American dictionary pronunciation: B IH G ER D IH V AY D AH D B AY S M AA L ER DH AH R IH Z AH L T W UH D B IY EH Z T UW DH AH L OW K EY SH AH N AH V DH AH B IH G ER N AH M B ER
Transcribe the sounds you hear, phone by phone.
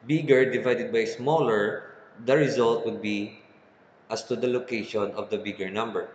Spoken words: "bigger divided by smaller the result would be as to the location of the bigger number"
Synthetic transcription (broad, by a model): B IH G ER D IH V AY D AH D B AY S M AA L ER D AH R IH Z AH L T W UH D B IY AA S T UW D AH L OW K EY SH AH N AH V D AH B IH G ER N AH M B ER